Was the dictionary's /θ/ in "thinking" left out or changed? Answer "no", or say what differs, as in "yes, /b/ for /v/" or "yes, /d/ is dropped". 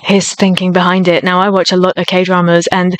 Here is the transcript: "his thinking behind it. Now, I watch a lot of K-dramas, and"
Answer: no